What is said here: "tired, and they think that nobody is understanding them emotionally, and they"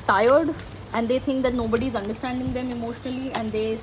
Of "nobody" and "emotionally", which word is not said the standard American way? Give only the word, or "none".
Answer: none